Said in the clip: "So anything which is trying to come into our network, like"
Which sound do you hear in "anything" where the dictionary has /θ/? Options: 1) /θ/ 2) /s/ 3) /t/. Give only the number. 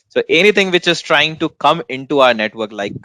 3